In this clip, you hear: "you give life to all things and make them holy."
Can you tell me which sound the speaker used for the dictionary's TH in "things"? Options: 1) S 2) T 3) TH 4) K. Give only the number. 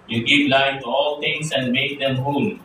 2